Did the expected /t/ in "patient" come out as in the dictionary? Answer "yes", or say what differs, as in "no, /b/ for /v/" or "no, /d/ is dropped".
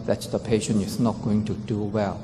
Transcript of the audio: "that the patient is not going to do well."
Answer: no, /t/ is dropped